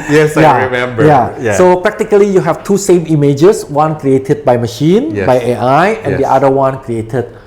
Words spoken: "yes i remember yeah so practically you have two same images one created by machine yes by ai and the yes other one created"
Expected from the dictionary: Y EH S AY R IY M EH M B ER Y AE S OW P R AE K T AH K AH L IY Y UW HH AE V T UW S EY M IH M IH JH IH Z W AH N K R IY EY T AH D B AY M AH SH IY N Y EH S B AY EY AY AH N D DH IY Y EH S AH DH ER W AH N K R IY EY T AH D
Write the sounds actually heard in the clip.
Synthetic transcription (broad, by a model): Y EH S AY R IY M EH M B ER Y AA S OW P R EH K T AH K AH L IY Y UW HH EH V T UW S EY M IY M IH JH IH S W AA N K R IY EY T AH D B AY M AH SH IY N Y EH B AY EY AY AH N D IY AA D AH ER W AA N K R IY EY T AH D